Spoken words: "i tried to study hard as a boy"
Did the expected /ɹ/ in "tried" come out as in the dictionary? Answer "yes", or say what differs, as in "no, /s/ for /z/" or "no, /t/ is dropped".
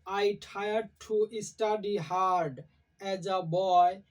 no, /ɹ/ is dropped